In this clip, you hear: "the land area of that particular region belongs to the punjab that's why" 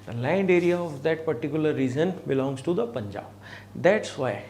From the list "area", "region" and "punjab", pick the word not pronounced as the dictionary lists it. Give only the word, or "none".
region